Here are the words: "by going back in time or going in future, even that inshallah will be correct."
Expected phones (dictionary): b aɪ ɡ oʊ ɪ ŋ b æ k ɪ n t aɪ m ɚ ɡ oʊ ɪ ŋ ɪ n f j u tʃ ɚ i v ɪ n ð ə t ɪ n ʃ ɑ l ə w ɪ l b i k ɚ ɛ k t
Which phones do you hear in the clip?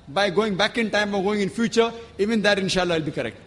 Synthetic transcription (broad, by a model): b aɪ ɡ oʊ ɪ ŋ b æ k ɪ n t aɪ m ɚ ɡ oʊ ɪ ŋ ɪ n f j u tʃ ɚ i v ɪ n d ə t ɪ n ʃ ɑ l ə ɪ l b i k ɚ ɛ k t